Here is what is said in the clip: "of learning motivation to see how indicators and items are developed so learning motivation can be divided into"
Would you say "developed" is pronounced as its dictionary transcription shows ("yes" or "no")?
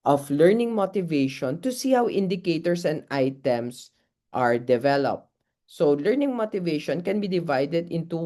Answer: yes